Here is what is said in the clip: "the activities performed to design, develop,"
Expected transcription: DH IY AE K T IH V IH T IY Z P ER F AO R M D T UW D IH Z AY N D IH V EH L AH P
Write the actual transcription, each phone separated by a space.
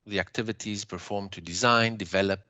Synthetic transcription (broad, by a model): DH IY AE K T IH V IH T IY Z P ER F AO R M T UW D IH Z AY N D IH V EH L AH P